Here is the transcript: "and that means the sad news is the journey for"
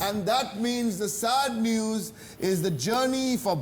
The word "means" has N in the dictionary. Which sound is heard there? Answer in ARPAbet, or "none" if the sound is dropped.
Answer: N